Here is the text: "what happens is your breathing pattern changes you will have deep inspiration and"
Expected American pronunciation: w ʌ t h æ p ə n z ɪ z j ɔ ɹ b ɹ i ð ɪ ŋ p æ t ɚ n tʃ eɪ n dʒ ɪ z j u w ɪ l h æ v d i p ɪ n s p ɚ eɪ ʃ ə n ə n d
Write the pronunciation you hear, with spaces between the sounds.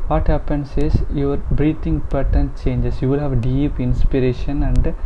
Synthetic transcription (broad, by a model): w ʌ t h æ p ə n s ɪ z j ɔ ɹ b ɹ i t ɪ ŋ p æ t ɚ n tʃ eɪ n dʒ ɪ s j u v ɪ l h æ v d i p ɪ n s p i eɪ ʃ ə n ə n d